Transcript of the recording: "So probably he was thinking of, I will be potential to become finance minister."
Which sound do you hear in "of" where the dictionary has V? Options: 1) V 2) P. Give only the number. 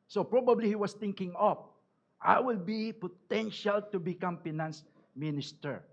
2